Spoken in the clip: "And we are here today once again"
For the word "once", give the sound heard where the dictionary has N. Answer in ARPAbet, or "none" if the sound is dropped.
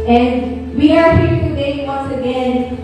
N